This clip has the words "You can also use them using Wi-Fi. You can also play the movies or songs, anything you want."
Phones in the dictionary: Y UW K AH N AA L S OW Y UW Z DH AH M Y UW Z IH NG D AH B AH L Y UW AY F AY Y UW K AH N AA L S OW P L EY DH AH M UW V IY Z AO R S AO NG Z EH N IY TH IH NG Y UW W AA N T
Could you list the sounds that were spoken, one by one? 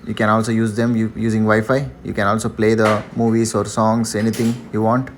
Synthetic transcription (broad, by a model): Y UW K AH N AA L S OW Y UW Z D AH M Y UW Z IH NG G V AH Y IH F AY Y UW K AH N AA L S OW P L EY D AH M UW V IY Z AO R S AO NG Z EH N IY T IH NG Y UW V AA N T